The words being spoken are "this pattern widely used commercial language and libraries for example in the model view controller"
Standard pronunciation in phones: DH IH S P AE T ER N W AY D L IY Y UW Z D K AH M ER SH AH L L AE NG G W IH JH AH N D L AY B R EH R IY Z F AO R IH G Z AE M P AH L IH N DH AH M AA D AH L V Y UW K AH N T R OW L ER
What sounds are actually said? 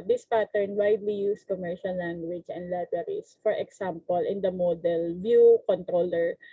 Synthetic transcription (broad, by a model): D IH S P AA T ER N W AY D L IY Y UW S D K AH M ER SH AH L L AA NG G W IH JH AH N D L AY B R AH R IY S F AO R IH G S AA M P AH L IH N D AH M AA D AH L V Y UW K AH N T R OW L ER